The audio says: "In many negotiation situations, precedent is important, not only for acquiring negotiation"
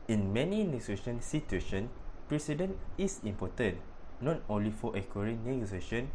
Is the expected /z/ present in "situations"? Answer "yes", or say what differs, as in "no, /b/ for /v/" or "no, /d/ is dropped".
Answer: no, /z/ is dropped